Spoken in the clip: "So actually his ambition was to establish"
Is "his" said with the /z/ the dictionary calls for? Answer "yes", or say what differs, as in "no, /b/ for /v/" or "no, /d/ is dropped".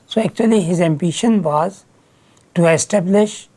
yes